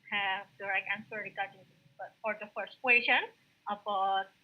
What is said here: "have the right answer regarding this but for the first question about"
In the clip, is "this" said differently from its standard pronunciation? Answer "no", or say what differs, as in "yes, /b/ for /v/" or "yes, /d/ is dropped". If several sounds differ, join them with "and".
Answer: yes, /s/ is dropped